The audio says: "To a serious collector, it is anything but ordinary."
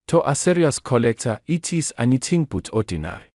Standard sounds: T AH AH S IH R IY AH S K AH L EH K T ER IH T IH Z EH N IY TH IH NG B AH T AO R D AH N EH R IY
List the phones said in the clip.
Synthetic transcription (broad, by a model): T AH AH S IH R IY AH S K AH L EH K T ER IH T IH S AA N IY T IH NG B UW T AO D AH N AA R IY